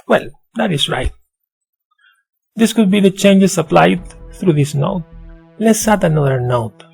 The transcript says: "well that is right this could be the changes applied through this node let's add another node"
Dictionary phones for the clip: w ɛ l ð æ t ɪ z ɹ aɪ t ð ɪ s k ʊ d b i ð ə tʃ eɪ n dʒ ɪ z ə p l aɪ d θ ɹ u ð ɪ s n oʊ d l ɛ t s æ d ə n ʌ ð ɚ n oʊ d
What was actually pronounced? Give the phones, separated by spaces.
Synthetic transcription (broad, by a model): w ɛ l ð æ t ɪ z ɹ aɪ t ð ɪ s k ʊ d b i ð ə tʃ eɪ n dʒ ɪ s ə p l aɪ d θ ɹ u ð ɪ s n oʊ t l ɛ t s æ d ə n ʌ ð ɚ n oʊ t